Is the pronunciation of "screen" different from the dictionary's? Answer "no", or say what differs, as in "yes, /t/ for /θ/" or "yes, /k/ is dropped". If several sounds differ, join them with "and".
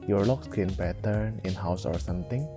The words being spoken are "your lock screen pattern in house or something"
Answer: yes, /ɹ/ is dropped